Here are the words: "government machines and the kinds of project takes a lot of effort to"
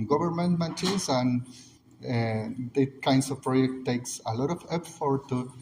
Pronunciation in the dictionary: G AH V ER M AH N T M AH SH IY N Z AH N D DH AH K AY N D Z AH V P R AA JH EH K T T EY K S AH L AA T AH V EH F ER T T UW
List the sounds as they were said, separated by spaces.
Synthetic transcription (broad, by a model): G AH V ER M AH N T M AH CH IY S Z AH N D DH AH K AY N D S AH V P R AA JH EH K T T EY K S AH L AA T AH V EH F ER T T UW